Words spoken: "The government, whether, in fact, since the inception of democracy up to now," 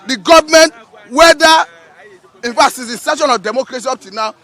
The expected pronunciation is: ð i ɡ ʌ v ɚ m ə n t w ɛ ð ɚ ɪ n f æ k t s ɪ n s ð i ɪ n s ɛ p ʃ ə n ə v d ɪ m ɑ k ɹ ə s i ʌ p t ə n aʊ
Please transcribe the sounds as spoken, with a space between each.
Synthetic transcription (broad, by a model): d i ɡ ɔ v m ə n t w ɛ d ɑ ɪ n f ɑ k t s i s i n s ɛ ʃ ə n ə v d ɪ m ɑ k ɹ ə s i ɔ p t ə n aʊ